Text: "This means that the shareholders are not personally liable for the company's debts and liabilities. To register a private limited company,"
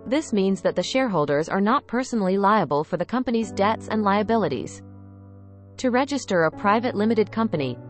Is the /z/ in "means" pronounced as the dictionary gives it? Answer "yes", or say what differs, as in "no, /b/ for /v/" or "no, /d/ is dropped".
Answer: yes